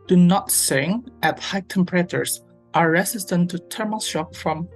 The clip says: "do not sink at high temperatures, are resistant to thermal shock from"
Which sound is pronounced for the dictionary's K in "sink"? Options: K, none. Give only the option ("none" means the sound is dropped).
none